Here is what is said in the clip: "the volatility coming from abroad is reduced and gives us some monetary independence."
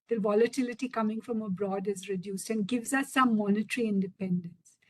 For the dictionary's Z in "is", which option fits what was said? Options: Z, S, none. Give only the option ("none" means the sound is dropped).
Z